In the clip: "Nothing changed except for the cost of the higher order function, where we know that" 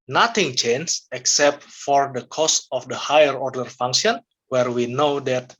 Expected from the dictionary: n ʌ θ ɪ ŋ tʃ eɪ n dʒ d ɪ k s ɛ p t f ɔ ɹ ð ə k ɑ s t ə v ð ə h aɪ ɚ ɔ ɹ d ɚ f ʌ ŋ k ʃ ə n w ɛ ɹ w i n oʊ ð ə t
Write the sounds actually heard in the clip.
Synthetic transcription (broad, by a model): n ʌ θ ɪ ŋ tʃ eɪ n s ɪ k s ɛ p t f ɔ ɹ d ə k ɑ s t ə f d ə h aɪ ɚ ɔ ɹ d ɚ f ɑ ŋ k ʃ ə n w ɛ ɹ w i n oʊ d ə t